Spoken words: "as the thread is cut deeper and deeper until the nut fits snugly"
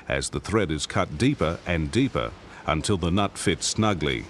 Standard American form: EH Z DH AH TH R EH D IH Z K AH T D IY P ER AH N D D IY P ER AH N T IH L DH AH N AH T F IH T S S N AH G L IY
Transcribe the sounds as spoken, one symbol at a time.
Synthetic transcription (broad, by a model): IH Z DH AH TH R EH D IH Z K AH T D IY P ER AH N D D IY P ER AH N T IH L DH AH N AH T F IH T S S N AH G L IY